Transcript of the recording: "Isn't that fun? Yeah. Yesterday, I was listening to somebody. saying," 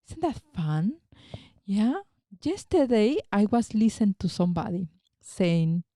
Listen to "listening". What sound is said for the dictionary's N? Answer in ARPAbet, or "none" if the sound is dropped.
none